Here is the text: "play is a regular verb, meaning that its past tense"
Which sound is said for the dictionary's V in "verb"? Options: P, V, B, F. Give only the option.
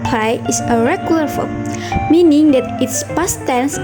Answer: F